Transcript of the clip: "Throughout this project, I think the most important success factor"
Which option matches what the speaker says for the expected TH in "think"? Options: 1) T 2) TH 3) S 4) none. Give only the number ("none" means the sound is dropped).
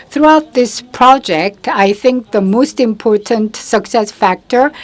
2